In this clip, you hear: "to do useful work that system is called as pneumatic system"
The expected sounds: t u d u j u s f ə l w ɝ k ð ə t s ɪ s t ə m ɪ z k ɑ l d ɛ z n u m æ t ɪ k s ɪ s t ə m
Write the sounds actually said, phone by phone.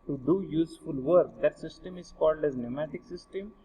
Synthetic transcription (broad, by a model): t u d u j u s f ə l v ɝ k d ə t s ɪ s t ə m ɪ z k ɑ l d ɛ z n u m æ t ɪ k s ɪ s t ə m